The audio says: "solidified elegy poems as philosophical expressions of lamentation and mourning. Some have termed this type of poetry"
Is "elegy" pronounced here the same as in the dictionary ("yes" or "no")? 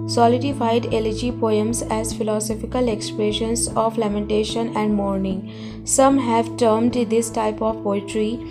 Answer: yes